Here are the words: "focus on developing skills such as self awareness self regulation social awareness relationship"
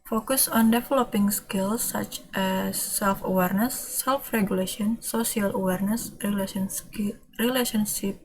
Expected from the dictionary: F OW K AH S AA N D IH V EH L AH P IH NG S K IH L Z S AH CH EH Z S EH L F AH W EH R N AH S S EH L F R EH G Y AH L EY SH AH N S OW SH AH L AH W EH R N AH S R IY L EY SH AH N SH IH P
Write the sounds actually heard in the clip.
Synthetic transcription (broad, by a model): F OW K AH S AA N D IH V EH L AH P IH NG S K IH L S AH CH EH S EH L F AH W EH R N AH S S EH L F R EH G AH L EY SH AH N S OW S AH L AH W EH R N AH S R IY L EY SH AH N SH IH P